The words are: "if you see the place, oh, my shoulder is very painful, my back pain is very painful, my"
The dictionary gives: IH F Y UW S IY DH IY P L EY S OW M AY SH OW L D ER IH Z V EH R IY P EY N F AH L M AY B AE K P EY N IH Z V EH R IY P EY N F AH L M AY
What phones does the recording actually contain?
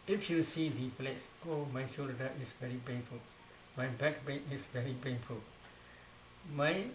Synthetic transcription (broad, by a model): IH F Y UW S IY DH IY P L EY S OW M AY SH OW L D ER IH S V EH R IY P EY N F AH L M AY B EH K B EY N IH S V EH R IY P EY N F AH L M AY